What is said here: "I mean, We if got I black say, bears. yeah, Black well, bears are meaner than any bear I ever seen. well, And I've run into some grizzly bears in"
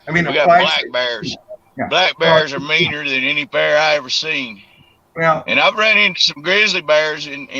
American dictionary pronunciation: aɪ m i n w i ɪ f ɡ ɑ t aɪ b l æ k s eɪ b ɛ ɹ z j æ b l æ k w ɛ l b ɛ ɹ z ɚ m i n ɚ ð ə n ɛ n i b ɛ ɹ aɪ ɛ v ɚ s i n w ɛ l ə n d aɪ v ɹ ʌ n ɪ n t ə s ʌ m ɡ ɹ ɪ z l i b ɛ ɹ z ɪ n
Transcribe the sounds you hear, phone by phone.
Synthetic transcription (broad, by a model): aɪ m i n w i ɡ ɑ t b l æ k b ɛ ɹ z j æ b l æ k b ɛ ɹ z ɚ m i n ɚ ð ə n ɛ n i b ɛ ɹ aɪ ɛ v ɚ s i n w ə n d aɪ v ɹ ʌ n ɪ n t ə s ʌ m ɡ ɹ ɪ z l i b ɛ ɹ z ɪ n